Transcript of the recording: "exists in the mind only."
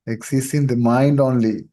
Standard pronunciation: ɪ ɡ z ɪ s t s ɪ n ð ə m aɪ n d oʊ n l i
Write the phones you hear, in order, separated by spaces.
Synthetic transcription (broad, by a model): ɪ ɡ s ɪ s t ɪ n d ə m aɪ n d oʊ n l i